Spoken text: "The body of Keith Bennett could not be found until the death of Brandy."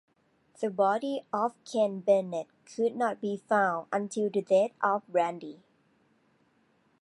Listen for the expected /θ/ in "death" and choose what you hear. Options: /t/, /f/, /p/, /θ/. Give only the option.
/t/